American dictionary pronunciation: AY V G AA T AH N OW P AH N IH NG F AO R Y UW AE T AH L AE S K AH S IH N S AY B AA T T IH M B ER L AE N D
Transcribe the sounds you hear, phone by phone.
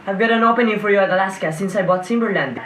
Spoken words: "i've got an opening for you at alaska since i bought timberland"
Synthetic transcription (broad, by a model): AY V G AA T AH N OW P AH N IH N F AO R Y UW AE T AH L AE S K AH S IH N S AY B AA T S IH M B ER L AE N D